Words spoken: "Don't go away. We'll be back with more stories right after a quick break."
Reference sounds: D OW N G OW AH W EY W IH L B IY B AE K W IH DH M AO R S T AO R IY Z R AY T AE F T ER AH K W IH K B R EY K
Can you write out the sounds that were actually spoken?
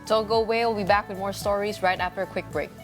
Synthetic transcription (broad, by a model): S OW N G OW AH W EY W IH L B IY B AE K W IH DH M AO R S T AO R IY Z R AY T AE F T ER AH K W IH K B R EY K